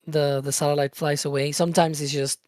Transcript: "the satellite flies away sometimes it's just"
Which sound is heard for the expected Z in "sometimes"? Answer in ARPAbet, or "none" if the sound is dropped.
Z